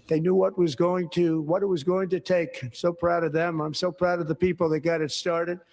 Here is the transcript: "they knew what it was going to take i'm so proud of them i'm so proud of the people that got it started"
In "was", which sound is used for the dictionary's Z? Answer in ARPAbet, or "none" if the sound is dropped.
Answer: Z